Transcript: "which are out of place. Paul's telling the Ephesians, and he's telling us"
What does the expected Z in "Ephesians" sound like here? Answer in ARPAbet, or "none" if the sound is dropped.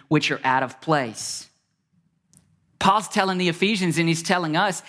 Z